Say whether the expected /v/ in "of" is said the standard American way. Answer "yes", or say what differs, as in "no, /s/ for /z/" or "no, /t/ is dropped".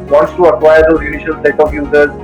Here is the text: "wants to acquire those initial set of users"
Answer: no, /p/ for /v/